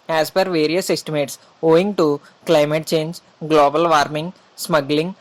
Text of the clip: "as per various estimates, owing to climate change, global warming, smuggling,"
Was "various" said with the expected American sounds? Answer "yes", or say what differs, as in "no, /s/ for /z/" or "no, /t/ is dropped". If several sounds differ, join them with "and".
yes